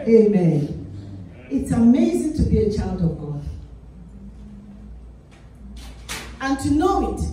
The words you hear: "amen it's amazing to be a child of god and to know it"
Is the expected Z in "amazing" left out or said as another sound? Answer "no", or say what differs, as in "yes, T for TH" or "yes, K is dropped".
no